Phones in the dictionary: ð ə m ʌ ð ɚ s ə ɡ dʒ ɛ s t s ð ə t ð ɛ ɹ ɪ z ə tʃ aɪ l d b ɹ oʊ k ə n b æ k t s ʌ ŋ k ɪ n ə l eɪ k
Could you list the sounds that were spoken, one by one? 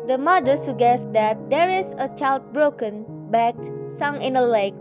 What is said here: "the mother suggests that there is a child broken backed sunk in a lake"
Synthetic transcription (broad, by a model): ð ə m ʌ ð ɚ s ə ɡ ɛ s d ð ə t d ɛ ɹ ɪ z ə tʃ aɪ l d b ɹ oʊ k ə n b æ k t s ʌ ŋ ɪ n ə l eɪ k